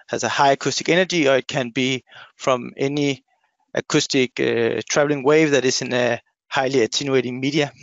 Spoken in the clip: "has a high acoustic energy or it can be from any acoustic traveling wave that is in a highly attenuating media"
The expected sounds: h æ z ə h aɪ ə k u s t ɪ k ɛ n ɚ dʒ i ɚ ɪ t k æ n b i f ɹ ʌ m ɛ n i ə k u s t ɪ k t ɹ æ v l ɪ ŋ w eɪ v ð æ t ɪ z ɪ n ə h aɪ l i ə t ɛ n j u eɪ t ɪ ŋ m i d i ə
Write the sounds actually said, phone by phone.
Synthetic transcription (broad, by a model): h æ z ə h aɪ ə k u s t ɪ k ɛ n ɚ dʒ i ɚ ɪ t k æ n b i f ɹ ʌ m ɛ n i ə k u s t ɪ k t ɹ æ v l ɪ ŋ w eɪ v ð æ t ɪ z ɪ n ə h aɪ l i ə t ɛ n j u eɪ t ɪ ŋ m i d i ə